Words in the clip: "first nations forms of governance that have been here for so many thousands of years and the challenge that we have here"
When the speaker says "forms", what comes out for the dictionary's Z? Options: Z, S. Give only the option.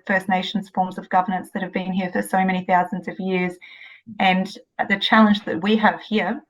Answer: Z